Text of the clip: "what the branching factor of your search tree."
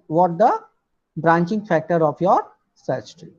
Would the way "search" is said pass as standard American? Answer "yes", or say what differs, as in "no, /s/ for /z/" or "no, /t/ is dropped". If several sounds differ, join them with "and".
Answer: no, /s/ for /tʃ/